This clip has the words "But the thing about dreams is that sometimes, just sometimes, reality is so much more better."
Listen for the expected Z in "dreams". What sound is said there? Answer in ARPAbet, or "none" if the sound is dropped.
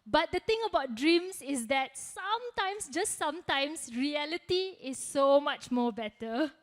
S